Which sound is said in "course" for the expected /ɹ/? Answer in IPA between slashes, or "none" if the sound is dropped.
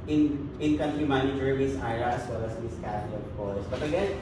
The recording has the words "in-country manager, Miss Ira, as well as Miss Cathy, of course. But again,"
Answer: /l/